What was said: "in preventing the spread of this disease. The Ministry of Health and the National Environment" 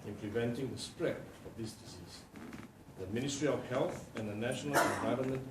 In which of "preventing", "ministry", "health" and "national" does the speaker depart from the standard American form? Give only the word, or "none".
preventing